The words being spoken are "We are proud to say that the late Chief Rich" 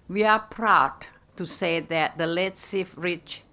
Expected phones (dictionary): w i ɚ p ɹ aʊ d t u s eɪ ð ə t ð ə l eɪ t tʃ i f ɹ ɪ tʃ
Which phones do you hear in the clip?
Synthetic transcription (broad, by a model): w i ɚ p ɹ aʊ d t u s eɪ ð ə t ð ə l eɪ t s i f ɹ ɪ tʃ